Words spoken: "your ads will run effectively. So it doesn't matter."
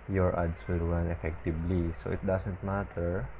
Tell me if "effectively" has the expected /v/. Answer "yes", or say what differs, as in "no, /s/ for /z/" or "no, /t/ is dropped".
no, /b/ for /v/